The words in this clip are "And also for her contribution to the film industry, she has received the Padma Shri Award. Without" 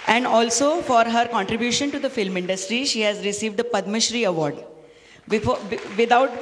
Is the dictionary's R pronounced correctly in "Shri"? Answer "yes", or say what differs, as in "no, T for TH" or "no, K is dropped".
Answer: yes